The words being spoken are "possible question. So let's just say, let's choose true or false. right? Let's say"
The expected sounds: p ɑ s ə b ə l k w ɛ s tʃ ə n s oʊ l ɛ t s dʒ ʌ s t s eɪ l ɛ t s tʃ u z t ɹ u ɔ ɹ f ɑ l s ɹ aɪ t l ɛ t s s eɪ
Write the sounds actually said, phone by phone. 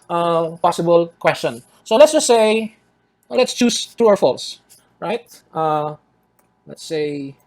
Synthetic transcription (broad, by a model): p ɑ s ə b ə l k w ɛ s tʃ ə n s oʊ l ɛ t s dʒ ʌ s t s eɪ l ɛ t s tʃ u s t ɹ u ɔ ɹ f ɑ l s ɹ aɪ t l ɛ t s s eɪ